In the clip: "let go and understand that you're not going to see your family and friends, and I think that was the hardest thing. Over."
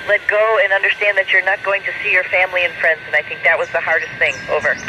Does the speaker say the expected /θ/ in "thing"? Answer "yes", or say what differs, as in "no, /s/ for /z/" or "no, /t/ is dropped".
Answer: yes